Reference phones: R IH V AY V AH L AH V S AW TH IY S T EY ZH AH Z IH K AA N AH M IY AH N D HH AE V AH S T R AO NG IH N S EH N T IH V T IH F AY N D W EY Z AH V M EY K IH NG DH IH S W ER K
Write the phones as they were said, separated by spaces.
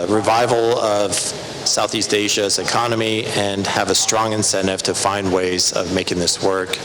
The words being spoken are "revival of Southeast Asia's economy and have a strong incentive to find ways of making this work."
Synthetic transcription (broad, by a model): R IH V AY V L AH V S AW TH IY S T EY ZH AH Z IH K AA N AH M IY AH N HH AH V AH S T R AO NG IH N S EH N T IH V T IH F AY N D W EY Z AH V M EY K IH NG DH IH S W ER K